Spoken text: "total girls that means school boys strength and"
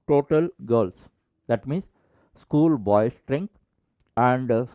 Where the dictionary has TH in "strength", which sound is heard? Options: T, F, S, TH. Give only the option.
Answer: T